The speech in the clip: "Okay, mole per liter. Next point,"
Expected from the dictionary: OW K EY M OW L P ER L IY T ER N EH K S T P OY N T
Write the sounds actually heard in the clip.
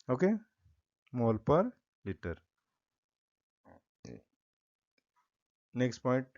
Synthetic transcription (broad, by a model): OW K EY M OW L P ER L IY T ER N EH K S T P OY N T